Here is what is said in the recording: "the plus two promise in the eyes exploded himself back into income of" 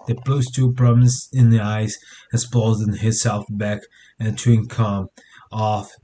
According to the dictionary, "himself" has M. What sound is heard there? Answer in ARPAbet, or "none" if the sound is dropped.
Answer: none